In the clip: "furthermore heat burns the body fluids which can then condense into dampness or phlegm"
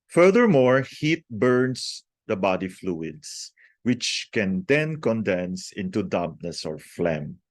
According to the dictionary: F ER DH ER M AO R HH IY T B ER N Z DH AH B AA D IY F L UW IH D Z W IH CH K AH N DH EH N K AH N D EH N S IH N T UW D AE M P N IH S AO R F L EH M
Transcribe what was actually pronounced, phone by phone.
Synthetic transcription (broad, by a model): F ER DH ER M AO R HH IY T B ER N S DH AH B AA D IY F L UW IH D S W IH CH K AH N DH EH N K AH N D EH N S IH N T UW D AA P N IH S AO R F L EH M